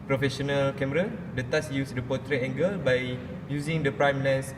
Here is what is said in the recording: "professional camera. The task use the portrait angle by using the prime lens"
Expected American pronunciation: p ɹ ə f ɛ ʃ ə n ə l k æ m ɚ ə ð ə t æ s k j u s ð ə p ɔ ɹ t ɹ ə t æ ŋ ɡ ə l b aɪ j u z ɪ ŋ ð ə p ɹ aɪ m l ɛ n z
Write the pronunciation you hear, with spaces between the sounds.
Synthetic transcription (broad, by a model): p ɹ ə f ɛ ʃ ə n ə l k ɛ m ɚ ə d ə t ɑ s j u s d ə p ɔ t ɹ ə ɛ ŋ ɡ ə l b aɪ j u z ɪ ŋ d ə p ɹ aɪ m l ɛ n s